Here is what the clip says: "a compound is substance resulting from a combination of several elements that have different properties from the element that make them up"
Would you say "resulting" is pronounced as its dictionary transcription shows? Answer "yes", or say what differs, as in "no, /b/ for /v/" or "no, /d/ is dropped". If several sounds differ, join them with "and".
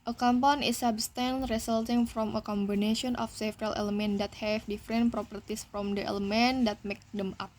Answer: no, /s/ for /z/